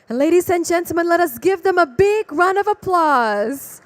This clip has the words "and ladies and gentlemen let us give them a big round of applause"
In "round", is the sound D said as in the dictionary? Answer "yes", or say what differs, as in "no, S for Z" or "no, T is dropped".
no, D is dropped